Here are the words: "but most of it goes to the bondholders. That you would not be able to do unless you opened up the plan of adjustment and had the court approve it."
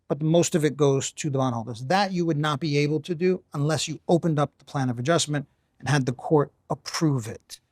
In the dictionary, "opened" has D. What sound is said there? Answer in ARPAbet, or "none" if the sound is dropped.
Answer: D